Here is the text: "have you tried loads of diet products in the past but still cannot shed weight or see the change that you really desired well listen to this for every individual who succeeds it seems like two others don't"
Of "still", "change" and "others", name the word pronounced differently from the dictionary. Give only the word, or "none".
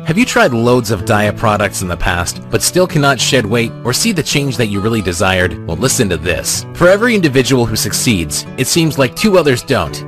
none